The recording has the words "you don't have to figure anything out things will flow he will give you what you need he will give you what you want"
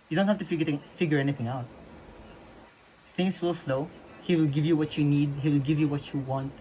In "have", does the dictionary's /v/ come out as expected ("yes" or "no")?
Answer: no